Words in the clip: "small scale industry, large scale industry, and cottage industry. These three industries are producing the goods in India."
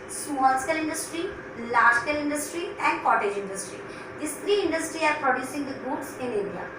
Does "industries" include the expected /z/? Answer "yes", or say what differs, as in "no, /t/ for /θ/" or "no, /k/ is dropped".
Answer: no, /z/ is dropped